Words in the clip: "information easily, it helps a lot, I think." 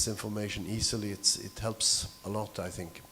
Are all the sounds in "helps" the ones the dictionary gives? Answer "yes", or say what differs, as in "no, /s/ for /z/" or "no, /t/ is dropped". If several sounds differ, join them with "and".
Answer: yes